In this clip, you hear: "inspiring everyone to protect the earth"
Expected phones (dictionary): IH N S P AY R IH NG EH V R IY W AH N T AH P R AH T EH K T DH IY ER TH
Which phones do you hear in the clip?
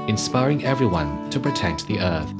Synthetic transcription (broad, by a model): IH N S P AY R IH NG EH V R IY W AH N T AH P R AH T EH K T DH IY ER TH